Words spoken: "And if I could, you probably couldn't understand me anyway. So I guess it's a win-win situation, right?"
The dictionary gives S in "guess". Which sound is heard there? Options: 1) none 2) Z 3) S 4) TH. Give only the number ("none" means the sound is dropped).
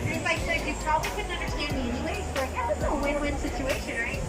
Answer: 1